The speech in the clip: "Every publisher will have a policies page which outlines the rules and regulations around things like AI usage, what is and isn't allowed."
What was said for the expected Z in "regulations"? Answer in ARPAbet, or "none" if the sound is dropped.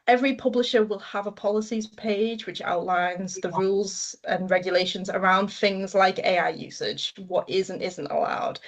Z